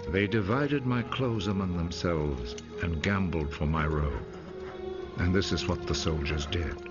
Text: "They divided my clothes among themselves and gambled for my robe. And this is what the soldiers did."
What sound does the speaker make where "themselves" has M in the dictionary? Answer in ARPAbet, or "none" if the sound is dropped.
M